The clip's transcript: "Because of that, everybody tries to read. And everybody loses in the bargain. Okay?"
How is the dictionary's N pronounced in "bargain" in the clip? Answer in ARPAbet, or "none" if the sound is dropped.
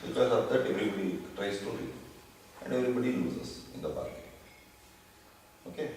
none